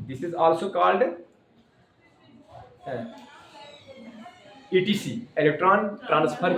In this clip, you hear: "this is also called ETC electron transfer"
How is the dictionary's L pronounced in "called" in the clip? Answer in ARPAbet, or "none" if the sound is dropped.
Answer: L